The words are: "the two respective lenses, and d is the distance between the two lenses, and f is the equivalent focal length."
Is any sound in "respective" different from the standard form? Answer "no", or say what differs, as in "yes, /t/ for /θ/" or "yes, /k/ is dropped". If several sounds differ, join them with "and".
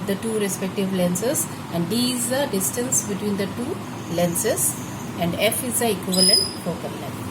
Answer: no